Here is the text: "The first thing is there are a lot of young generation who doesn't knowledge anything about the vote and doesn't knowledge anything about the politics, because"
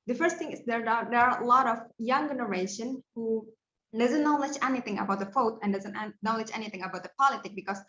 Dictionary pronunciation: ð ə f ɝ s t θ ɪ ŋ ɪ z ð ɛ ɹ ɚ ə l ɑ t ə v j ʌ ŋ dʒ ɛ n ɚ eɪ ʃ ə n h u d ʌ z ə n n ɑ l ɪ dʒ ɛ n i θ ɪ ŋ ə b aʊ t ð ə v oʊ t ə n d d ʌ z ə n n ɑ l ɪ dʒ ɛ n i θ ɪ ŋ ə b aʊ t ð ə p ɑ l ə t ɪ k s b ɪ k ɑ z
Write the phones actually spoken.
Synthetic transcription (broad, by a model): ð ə f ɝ s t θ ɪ ŋ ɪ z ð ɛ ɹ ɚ ə l ɑ t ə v j ʌ ŋ dʒ ɛ n ɚ eɪ ʃ ə n h u d ʌ z ə n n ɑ l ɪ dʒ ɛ n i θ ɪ ŋ ə b aʊ t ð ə f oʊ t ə n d d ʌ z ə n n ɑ l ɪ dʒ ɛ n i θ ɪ ŋ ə b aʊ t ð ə p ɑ l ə t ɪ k b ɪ k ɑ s